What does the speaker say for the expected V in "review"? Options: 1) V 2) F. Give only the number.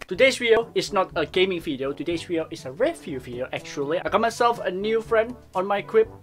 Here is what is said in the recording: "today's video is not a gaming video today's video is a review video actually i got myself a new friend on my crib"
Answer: 2